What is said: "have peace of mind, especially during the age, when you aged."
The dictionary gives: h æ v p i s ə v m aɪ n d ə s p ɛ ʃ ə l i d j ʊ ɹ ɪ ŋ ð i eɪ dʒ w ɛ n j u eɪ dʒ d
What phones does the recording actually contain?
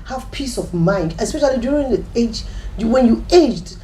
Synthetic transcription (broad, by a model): h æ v p i s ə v m aɪ n d ə s p ɛ ʃ ə l i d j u ɹ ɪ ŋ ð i eɪ dʒ w ɛ n j u eɪ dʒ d